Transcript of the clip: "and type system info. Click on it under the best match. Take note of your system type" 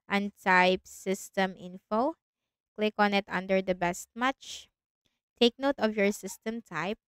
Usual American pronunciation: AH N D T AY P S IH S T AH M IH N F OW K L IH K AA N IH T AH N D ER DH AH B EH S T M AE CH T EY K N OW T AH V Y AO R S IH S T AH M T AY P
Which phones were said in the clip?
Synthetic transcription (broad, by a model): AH N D T AY P S IH S T AH M IH N F OW K L IH K AA N IH T AH N D ER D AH B EH S T M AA CH T EY K N OW T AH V Y AO R S IH S T AH M T AY P